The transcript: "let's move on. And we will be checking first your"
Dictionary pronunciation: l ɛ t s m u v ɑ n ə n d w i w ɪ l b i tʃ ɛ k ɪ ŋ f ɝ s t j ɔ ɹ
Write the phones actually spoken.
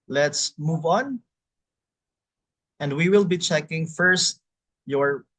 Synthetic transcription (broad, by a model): l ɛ t s m u v ɑ n ə n d w i w ɪ l b i tʃ ɛ k ɪ ŋ f ɝ s t j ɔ ɹ